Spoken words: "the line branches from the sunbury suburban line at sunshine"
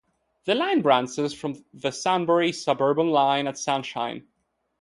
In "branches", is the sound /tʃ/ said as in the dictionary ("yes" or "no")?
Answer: no